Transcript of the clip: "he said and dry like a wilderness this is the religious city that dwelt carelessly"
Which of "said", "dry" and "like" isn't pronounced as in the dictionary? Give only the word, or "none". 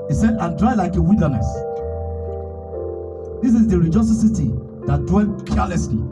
none